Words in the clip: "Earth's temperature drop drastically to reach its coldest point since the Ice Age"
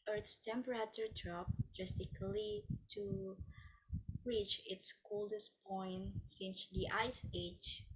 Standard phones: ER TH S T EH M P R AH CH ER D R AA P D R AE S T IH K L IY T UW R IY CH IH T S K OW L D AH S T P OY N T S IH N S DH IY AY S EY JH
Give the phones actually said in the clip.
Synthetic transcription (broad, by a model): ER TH S T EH M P R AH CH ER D R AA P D R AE S T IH K L IY T UW R IY CH IH T S K OW L D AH S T P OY N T S IH N S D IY AY S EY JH